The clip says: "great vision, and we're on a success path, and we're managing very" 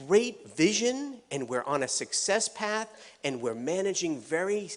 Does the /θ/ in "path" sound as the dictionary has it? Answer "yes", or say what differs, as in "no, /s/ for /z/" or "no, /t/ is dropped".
yes